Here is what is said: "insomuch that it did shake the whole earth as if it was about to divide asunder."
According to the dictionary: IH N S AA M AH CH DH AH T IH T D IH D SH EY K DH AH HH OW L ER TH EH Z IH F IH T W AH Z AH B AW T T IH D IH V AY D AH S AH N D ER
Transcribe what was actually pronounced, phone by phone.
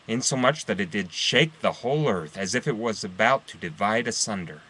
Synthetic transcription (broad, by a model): IH N S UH M AH CH DH AH T IH T D IH D SH EY K DH AH HH OW L ER TH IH Z IH F IH T W AH Z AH B AW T T IH D IH V AY D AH S AH N D ER